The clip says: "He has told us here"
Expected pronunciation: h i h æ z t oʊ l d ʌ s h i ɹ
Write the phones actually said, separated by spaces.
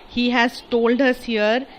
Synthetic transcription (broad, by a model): h i h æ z t oʊ l d ʌ s h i ɹ